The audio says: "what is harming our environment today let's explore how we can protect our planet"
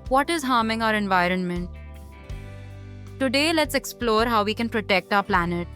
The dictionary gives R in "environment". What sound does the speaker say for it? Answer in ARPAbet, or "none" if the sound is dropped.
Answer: R